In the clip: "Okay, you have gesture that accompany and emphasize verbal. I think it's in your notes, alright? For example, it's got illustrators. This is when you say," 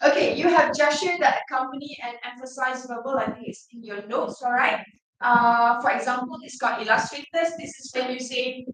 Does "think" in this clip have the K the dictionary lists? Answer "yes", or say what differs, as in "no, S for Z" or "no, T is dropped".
no, K is dropped